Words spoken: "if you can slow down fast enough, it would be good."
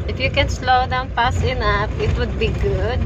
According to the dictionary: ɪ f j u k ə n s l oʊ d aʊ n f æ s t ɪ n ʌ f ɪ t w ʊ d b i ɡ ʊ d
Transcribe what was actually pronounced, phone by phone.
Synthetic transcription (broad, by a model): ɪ f j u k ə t s l oʊ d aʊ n p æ s ɪ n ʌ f ɪ t w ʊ d b i ɡ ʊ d